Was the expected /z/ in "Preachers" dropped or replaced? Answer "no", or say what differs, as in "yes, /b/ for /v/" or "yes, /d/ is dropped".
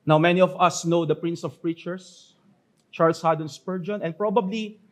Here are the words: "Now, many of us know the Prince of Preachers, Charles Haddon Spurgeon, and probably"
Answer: yes, /s/ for /z/